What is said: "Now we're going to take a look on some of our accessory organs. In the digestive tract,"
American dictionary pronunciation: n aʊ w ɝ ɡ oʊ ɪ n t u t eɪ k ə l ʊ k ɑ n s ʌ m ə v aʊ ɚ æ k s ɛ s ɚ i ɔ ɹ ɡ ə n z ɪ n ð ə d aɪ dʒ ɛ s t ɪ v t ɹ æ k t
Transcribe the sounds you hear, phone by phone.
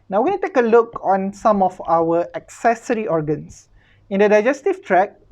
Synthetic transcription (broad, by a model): n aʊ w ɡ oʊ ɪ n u t eɪ k ə l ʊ k ɑ n s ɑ m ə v aʊ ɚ æ k s ɛ s ɚ i ɔ ɹ ɡ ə n s ɪ n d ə d aɪ dʒ ɛ s t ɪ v t ɹ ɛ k